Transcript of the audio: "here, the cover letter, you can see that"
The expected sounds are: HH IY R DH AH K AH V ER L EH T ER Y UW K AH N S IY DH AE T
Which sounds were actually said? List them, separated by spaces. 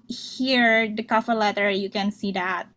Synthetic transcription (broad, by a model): HH IY R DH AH K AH F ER L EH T ER Y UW K AH N S IY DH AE T